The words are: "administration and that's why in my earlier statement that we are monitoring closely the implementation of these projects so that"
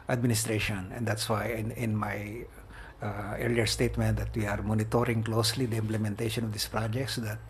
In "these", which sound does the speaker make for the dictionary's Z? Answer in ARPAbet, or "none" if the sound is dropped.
S